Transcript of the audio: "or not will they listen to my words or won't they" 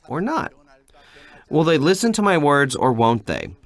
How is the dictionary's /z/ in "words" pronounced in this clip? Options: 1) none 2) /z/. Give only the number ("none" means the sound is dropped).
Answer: 2